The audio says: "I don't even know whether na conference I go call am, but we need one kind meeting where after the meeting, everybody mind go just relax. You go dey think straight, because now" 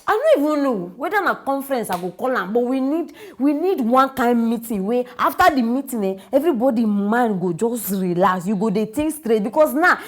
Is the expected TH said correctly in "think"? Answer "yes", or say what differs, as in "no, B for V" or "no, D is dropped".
no, T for TH